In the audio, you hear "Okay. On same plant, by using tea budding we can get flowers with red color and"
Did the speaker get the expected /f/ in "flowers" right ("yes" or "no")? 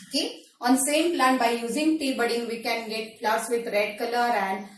no